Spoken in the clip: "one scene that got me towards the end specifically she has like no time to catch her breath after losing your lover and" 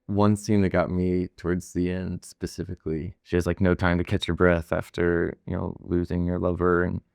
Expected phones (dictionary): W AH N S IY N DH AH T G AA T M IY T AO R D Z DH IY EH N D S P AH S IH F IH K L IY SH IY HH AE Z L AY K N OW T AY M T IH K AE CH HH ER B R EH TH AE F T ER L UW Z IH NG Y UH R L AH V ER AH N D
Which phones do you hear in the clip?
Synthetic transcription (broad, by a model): W AH N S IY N DH AH T G AA T M IY T AO R D Z DH IY EH N D S P AH S IH F IH K L IY SH IY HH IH Z L AY K N OW T AY M T IH K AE CH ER B R EH TH AE F T ER L UW Z IH NG Y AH R L AH V ER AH N